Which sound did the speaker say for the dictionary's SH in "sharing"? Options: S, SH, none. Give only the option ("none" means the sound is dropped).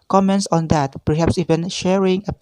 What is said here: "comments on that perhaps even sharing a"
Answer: SH